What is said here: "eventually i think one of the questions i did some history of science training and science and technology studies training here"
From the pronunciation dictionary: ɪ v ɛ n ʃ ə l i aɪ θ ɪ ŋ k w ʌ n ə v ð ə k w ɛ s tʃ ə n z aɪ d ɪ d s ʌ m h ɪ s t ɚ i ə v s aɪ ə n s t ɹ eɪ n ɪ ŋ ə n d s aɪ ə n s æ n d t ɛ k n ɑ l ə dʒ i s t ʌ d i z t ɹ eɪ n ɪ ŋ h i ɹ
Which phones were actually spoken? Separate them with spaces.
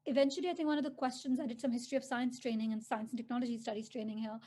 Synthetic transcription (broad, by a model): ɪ v ɛ n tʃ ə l i aɪ θ ɪ ŋ k w ʌ n ə v ð ə k w ɛ s tʃ ə n z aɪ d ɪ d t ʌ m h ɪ s t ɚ i ə v s aɪ ə n s t ɹ eɪ n ɪ ŋ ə n s aɪ ə n s n t ɛ k n ɑ l ə dʒ i s t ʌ d i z t ɹ eɪ n ɪ ŋ h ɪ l